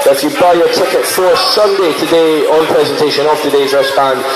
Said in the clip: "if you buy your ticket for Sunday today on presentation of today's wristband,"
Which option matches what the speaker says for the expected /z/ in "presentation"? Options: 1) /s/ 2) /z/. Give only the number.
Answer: 2